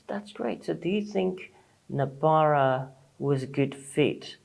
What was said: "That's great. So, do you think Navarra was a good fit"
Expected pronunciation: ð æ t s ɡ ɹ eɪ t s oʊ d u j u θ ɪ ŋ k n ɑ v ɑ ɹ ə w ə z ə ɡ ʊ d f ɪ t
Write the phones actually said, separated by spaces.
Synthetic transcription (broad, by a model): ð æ t s ɡ ɹ eɪ t s oʊ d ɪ j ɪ θ ɪ ŋ k n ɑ b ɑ ɹ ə w ə z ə ɡ ʊ d f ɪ t